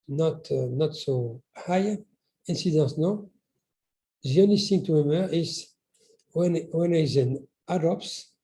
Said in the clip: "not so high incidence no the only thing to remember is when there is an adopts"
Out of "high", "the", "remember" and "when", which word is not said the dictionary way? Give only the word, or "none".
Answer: remember